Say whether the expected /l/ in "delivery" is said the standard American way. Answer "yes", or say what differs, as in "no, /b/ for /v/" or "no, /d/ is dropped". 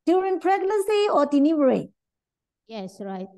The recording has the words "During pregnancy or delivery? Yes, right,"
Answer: no, /n/ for /l/